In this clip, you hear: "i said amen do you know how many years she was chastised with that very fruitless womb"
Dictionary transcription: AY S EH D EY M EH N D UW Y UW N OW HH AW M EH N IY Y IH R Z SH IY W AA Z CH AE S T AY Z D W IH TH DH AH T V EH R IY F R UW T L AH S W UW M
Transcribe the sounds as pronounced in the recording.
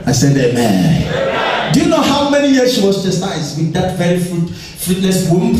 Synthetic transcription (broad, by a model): AY S EH D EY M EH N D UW Y UW N OW HH AW M EH N IY Y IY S SH IY W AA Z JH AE S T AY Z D W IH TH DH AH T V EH R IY F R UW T N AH S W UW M